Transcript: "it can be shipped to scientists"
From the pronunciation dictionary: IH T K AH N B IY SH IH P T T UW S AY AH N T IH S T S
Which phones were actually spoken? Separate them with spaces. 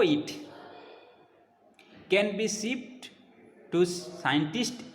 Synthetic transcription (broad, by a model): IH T K AH N B IY S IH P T T UW S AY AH N T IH S T